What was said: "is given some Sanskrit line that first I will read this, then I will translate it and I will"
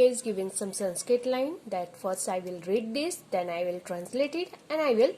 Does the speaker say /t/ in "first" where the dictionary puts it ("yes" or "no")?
no